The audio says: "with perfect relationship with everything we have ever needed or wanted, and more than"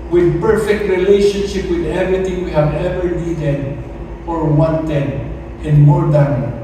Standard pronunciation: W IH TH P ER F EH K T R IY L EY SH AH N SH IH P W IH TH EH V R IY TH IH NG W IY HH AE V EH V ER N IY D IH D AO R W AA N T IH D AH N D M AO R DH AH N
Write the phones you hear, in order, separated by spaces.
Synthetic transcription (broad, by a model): W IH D P ER F EH K T R IY L EY SH AH N SH IH P W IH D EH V R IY T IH NG W IY HH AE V EH V ER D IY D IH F AO R W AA N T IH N AH N D M AO R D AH N